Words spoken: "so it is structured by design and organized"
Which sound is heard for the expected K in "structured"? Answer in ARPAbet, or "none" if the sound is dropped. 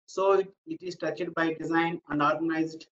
none